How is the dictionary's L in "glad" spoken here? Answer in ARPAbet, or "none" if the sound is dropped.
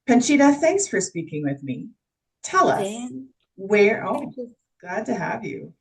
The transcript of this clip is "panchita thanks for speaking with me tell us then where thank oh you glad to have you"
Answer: none